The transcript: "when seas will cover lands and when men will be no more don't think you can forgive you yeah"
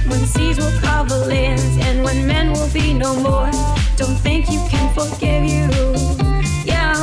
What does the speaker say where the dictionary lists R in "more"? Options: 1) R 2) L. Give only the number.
1